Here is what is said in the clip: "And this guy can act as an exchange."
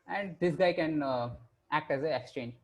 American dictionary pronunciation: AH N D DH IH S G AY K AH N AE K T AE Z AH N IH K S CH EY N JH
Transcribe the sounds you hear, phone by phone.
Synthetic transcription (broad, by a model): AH N D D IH S G AY K AH N AE K T AE Z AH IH K S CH EY N JH